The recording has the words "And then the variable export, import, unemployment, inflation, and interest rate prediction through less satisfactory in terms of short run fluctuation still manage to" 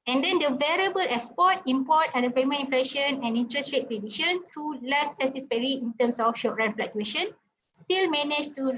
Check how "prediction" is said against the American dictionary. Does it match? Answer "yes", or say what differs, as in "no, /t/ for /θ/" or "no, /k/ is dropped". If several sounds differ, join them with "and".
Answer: no, /k/ is dropped